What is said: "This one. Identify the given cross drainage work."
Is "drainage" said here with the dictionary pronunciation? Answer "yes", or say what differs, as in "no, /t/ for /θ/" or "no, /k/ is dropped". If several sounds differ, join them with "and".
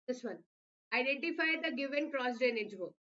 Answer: no, /ɹ/ is dropped